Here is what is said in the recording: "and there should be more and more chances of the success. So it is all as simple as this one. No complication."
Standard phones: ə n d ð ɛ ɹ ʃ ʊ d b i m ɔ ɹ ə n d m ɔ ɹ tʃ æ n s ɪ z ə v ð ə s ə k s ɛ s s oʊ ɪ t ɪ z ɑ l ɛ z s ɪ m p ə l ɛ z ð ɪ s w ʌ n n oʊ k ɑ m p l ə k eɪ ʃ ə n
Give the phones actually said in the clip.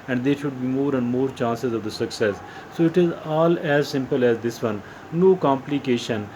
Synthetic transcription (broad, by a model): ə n d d ɛ ɹ ʃ ʊ d b i m ɔ ɹ ə n d m ɔ ɹ tʃ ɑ n s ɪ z ə v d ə s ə k s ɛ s s oʊ ɪ t ɪ z ɑ l ɛ z s ɪ m p ə l ɛ z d ɪ s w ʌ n n oʊ k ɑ m p l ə k eɪ ʃ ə n